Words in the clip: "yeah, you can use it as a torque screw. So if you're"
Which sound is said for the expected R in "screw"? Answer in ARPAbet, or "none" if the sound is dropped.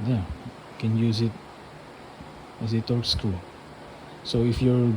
none